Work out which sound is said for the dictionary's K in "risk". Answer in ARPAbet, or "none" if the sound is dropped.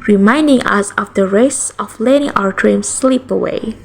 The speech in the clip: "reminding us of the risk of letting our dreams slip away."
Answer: none